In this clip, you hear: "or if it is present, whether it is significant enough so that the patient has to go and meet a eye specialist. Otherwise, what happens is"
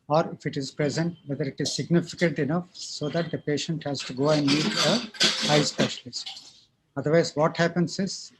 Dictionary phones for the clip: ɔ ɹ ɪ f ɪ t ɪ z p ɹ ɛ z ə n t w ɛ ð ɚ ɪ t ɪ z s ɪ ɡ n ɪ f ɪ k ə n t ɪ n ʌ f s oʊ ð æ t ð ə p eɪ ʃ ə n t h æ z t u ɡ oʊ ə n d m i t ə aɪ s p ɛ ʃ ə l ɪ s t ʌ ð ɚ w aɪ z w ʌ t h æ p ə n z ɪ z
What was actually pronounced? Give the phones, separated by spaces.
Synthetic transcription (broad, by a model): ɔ ɹ ɪ f ɪ t ɪ z p ɹ ɛ z ə n t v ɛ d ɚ ɪ t ɪ z s ɪ ɡ n ɪ f ɪ k ə n t ɪ n ʌ f s oʊ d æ t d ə p eɪ ʃ ə n t h æ z t u ɡ oʊ ə n d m i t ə aɪ s p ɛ ʃ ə l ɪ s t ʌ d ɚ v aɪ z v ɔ t h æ p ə n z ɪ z